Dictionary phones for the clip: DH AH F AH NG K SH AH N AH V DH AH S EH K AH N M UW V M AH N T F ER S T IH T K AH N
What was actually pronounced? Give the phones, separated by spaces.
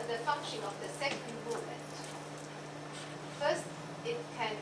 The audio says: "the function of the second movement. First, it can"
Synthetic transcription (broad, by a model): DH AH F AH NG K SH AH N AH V DH AH S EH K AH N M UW M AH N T F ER S T IH T K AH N